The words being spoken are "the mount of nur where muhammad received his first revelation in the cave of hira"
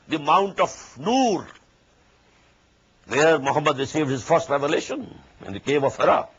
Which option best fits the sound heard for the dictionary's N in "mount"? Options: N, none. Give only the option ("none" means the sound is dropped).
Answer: N